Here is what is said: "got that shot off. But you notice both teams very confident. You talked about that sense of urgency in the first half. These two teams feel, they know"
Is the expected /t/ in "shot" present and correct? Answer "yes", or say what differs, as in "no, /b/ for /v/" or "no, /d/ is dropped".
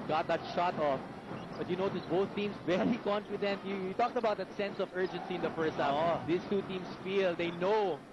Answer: yes